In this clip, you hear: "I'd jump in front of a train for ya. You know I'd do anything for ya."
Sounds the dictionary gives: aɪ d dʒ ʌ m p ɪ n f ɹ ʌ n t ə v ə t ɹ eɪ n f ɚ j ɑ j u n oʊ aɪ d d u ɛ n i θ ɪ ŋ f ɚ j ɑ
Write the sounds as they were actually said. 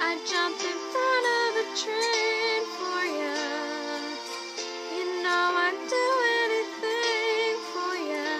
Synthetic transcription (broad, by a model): aɪ dʒ ʌ m p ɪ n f ʌ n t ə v ə t ɹ eɪ n f ɚ j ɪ j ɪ n oʊ aɪ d d u ɛ n i θ ɪ ŋ f ɚ j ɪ